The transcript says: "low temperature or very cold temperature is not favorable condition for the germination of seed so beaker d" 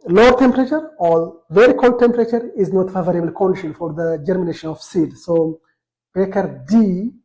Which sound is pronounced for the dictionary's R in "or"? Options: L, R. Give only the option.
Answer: L